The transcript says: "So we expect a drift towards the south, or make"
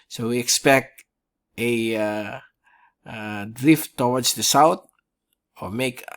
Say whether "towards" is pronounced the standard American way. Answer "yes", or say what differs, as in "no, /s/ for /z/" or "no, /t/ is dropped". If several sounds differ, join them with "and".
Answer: no, /w/ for /ɹ/